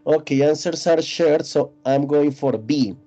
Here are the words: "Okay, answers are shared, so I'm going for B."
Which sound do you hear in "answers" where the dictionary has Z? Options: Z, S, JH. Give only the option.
S